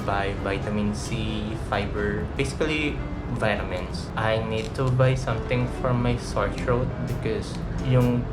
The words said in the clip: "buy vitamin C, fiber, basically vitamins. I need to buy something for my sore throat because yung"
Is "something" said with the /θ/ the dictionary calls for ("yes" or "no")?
no